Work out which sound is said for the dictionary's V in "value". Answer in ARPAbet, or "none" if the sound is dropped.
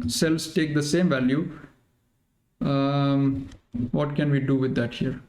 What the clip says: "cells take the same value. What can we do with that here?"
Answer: V